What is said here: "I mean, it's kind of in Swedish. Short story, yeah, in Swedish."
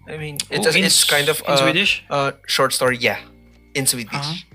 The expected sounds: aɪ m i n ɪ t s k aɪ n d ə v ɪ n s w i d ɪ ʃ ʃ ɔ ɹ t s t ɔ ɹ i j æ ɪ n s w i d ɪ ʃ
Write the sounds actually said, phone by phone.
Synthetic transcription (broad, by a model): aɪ m i n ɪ s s k aɪ n d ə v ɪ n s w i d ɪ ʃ ʃ ɔ ɹ t s t ɔ ɹ i j æ ɪ n s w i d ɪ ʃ